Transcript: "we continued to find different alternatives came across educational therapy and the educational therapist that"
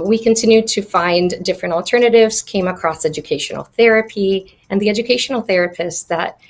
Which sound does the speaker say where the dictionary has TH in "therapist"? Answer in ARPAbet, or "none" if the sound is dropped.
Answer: TH